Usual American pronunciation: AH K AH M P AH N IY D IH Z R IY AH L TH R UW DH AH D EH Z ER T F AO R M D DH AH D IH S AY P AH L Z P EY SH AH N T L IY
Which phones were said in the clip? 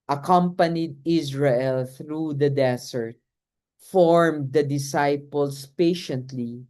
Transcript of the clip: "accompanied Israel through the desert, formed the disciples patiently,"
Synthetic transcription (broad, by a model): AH K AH M P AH N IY D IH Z R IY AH L TH R UW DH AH D EH S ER T F AO R M D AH D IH S AY P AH L S P EY SH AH N T L IY